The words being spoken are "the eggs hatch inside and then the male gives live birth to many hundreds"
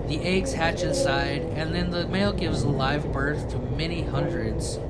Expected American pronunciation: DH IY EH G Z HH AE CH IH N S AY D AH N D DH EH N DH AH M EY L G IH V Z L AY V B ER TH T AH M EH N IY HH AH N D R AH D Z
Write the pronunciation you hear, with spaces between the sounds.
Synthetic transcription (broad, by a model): DH IY EH G Z HH AE CH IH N S AY D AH N DH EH N DH AH M EY L G IH V Z L AY V B ER TH T AH M EH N IY HH AH N D R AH D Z